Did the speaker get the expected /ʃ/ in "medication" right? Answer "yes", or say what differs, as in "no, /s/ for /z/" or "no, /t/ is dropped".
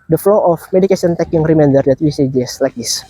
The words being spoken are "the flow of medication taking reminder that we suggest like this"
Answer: no, /s/ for /ʃ/